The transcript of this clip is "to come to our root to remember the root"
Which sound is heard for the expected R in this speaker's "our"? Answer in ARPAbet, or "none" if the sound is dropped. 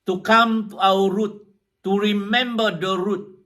W